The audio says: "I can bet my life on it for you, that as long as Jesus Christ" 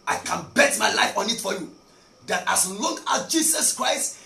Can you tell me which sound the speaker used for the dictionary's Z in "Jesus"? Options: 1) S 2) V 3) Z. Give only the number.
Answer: 1